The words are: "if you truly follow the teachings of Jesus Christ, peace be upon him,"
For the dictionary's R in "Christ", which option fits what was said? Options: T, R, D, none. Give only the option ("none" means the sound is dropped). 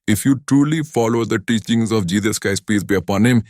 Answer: none